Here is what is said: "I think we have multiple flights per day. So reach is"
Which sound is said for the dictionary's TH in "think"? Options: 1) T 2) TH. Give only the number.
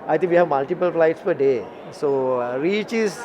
1